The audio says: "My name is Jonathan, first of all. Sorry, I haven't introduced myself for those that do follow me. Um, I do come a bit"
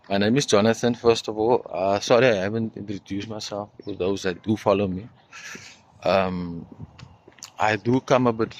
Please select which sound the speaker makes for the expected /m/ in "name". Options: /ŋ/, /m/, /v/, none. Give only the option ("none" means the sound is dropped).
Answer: /m/